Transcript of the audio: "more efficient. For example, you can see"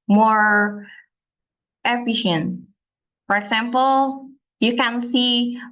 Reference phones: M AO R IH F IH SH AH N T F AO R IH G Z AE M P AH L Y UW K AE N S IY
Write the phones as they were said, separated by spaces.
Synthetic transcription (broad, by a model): M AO R IH F IH SH AH N T F AO R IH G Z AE M P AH L Y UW K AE N S IY